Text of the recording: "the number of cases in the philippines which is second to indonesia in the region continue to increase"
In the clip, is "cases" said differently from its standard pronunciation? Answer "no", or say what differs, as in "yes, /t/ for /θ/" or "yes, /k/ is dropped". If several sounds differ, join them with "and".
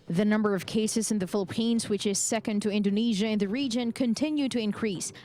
no